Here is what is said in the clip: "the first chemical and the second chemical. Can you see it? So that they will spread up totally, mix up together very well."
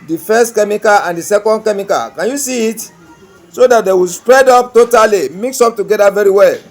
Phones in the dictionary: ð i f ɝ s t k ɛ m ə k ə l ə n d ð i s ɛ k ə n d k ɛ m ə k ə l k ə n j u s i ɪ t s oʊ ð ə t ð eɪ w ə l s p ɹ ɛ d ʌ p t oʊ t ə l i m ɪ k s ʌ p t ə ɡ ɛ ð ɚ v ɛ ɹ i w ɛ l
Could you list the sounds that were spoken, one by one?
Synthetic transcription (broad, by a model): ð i f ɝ s t k ɛ m ə k ə l ə n d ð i s ɛ k ə n d k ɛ m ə k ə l k ə n j u s i t s oʊ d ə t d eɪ w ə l s p ɹ ɛ d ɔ p t oʊ t ə l i m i k s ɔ p t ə ɡ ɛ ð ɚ v ɛ ɹ i w ɛ l